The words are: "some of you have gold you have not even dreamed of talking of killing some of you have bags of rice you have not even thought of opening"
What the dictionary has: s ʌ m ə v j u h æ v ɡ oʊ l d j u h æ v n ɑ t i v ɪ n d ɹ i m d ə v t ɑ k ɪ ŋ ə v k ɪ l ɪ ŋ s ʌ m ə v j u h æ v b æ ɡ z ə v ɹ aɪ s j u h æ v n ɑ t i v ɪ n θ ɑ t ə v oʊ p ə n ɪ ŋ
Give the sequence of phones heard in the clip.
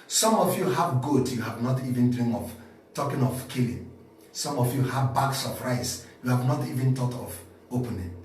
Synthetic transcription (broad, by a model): s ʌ m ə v j u h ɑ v ɡ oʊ d j u h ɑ v n ɑ t i v ɪ n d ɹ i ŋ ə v t ɑ k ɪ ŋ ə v k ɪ l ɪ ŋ s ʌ m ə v j u h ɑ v b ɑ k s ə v ɹ aɪ s j u h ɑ v n ɑ t i v ɪ n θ ɑ t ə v oʊ p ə n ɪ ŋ